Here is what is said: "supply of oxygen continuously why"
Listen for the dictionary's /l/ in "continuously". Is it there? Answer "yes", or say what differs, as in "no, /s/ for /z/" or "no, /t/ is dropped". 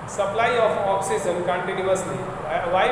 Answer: no, /n/ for /l/